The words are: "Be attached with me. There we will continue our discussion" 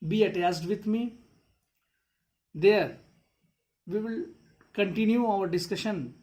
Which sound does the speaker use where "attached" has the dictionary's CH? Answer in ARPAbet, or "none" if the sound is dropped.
S